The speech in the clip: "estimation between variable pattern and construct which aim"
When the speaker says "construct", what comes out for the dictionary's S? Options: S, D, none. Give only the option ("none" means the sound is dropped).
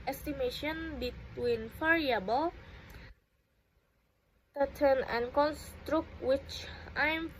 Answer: S